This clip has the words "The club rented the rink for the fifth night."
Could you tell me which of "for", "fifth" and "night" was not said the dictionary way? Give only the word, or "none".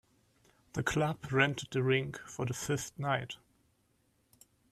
fifth